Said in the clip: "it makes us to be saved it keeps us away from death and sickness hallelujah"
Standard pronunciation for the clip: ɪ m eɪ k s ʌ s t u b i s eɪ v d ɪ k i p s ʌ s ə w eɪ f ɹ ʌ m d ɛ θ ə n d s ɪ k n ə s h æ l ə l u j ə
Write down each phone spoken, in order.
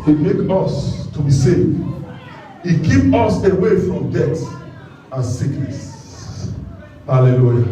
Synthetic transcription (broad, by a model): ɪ m eɪ k ʌ s t u b i s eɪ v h ɪ k i p ɔ s ə w eɪ f ɹ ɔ m d ɛ t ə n s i k n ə s h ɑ l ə l u j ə